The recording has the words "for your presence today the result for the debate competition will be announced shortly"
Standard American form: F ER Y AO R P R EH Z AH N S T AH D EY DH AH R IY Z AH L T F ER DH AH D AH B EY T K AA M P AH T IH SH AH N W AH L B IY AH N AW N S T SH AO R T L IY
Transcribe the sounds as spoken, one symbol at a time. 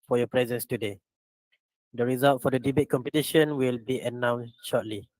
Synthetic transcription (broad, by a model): F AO Y AO P R EH Z AH N S T AH D EY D AH R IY Z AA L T F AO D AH D AH B EY T K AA M P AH T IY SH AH N W AH L B IY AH N AW N S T SH AO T L IY